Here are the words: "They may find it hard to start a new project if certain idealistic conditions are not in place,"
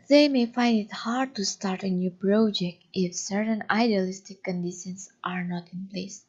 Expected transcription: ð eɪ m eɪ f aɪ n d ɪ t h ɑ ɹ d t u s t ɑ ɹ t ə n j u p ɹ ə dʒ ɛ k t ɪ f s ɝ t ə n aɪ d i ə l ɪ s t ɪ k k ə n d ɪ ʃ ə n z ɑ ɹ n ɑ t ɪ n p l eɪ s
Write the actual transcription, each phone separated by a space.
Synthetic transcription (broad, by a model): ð eɪ m eɪ f aɪ n d ɪ t h ɑ ɹ d t u s t ɑ ɹ t ə n j u p ɹ ə dʒ ɛ k t ɪ f s ɝ t ə n aɪ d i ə l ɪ s t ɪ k k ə n d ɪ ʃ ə n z ɑ ɹ n ɑ t ɪ n p l eɪ s